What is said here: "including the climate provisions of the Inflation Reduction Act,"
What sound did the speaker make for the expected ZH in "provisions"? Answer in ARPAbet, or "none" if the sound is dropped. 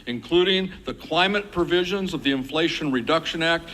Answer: ZH